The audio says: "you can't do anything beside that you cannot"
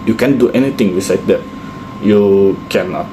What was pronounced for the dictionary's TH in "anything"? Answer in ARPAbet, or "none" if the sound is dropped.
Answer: T